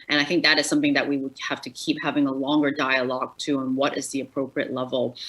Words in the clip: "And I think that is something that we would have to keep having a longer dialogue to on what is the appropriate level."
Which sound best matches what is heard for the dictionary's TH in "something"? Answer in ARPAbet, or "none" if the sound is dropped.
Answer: TH